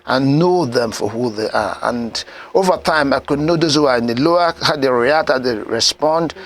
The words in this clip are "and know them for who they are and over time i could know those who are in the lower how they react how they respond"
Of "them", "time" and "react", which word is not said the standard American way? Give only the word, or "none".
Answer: react